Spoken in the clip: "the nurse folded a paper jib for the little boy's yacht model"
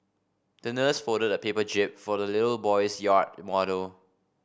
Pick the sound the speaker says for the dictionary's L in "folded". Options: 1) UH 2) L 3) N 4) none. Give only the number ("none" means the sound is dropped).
4